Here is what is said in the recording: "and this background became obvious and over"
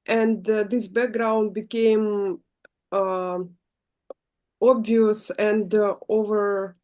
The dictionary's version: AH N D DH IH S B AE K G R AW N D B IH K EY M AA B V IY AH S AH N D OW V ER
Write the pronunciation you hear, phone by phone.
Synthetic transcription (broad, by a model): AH N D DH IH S B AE K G R AW N D B IH K EY M AA B V IY AH S AH N D OW V ER